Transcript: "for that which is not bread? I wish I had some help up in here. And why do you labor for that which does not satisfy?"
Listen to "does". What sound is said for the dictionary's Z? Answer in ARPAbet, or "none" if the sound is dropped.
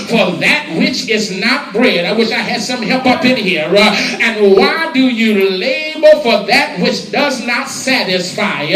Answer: Z